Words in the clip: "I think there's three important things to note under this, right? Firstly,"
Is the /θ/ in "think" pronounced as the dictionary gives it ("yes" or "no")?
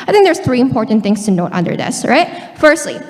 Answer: yes